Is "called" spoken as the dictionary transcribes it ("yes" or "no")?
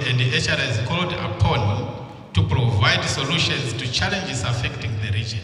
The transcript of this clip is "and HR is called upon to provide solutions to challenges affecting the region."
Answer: yes